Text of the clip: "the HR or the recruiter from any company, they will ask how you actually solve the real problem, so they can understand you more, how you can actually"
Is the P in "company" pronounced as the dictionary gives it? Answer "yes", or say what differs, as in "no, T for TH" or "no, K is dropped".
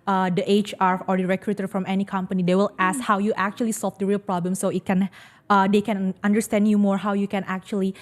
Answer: yes